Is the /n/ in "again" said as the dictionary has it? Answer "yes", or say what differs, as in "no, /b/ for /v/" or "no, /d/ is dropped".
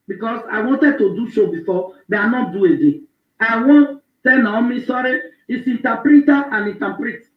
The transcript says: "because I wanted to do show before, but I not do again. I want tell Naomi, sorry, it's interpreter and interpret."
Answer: no, /n/ is dropped